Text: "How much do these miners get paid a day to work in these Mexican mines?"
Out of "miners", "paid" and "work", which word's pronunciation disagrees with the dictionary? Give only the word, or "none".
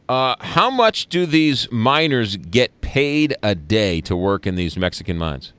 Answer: none